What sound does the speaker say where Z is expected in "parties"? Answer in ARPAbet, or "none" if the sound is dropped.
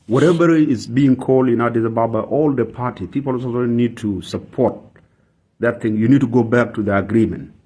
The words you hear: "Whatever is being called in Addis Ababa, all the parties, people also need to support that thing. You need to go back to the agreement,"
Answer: none